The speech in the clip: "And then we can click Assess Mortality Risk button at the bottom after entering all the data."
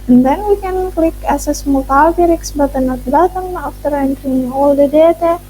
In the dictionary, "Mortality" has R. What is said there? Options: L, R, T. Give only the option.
L